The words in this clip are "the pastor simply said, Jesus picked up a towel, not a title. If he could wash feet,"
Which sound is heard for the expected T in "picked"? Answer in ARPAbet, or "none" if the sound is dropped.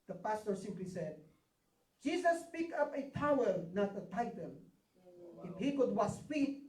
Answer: none